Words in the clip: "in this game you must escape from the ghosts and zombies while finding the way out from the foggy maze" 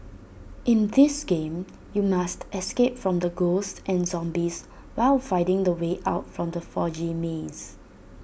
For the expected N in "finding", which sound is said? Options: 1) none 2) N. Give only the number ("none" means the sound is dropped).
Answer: 1